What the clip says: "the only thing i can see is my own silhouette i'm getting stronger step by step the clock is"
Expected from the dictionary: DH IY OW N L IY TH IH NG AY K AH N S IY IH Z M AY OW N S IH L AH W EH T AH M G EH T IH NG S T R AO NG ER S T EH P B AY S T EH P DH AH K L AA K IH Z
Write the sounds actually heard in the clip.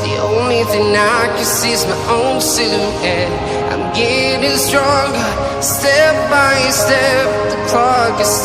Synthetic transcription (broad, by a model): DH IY OW N L IY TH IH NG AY K AH N S IY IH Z M AY OW N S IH N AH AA AH M G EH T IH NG S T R AO NG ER S T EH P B AY S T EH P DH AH K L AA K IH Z